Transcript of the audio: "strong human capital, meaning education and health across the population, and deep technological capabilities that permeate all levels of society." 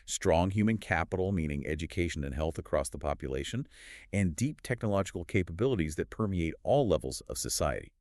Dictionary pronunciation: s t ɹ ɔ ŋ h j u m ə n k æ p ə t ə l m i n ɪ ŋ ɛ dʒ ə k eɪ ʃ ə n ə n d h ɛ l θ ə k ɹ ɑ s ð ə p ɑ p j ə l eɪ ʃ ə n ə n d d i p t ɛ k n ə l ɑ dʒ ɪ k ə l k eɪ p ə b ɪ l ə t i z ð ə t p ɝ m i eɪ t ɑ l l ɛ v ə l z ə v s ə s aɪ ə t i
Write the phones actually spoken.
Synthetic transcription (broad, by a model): s t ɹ ɔ ŋ h j u m ə n k æ p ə t l m i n ɪ ŋ ɛ dʒ ə k eɪ ʃ ə n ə n h ɛ l θ ə k ɹ ɑ s ð ə p ɑ p j ə l eɪ ʃ ə n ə n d d i p t ɛ k n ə l ɑ dʒ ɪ k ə l k eɪ p ə b ɪ l ə t i z ð ə t p ɝ m i eɪ t ɑ l l ɛ v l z ə v s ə s aɪ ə t i